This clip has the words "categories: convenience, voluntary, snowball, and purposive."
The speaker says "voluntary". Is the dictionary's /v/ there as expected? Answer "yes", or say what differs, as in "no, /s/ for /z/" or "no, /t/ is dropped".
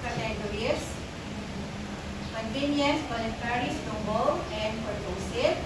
no, /b/ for /v/